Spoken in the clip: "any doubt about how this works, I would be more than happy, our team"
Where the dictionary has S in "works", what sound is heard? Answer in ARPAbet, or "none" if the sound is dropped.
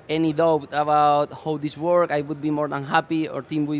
none